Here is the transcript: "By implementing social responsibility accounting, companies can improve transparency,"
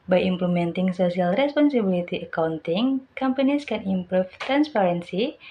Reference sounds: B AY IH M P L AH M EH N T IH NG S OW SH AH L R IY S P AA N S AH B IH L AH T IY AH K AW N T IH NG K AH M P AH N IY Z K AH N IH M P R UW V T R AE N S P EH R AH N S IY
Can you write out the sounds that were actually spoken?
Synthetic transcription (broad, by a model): B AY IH M P L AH M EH N T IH NG S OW S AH L R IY S P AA N S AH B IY L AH T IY AH K AW N T IH NG K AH M P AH N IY S K AH N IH M P R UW F T R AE N S P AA R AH N S IY